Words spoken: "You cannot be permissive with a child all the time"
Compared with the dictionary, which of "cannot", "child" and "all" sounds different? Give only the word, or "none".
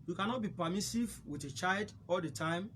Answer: none